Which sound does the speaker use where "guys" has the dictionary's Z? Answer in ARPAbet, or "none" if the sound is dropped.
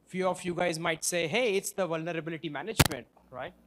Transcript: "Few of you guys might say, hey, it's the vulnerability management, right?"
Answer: Z